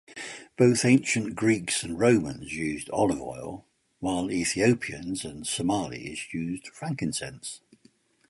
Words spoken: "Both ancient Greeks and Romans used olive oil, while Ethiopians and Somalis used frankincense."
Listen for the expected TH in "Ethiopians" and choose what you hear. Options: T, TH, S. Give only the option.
TH